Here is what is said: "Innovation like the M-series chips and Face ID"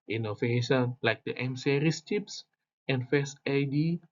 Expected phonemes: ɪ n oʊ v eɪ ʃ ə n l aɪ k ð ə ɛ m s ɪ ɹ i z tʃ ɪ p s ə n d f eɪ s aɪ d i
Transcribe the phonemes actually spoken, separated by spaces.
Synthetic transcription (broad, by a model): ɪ n oʊ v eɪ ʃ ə n l aɪ k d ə ɛ m s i ɹ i s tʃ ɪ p s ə n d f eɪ s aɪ d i